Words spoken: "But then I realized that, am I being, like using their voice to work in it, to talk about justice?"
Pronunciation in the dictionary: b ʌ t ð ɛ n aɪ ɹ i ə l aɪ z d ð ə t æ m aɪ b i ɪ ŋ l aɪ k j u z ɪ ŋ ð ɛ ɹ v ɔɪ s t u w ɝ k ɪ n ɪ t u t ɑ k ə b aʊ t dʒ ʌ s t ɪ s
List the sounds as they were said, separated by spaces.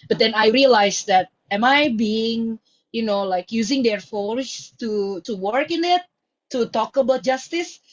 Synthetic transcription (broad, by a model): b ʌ t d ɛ n aɪ ɹ i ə l aɪ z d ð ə t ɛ m aɪ b i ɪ ŋ l aɪ k j u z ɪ ŋ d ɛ ɹ f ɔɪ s t u w ɝ k ɪ n ɪ t u t ɑ k ə b aʊ t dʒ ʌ s t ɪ s